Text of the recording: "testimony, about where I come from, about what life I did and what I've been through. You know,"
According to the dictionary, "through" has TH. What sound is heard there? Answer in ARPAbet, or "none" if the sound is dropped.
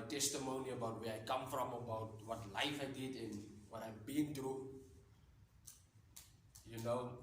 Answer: T